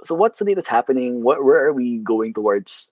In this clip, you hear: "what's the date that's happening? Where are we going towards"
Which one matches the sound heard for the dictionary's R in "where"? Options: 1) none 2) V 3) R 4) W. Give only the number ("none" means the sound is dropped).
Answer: 4